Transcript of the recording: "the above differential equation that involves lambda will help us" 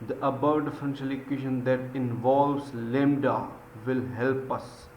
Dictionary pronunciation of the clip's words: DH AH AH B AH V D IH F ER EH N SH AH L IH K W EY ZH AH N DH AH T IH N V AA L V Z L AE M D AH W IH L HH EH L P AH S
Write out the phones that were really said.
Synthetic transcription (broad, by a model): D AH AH B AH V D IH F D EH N S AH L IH K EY SH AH N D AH T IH N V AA L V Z L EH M D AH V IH L HH EH L P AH S